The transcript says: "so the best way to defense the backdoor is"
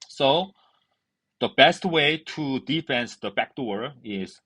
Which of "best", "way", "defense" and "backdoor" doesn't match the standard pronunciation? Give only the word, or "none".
none